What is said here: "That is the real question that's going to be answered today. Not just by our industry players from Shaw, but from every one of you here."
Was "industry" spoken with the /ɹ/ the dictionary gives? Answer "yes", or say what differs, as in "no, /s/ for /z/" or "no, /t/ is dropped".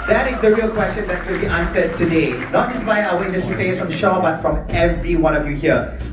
no, /ɹ/ is dropped